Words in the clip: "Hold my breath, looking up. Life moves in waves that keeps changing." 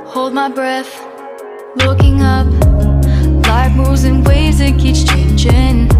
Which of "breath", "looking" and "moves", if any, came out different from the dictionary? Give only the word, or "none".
moves